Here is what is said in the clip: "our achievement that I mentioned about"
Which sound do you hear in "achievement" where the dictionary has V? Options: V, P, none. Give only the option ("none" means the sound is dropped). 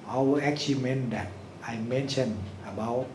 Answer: none